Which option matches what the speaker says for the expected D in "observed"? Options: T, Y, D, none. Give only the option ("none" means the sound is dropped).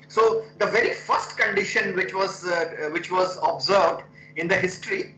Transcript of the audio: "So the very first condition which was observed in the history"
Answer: D